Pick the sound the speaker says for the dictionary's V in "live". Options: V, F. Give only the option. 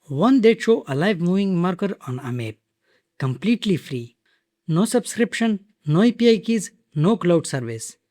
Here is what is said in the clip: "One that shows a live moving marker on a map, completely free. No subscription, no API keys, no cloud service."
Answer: V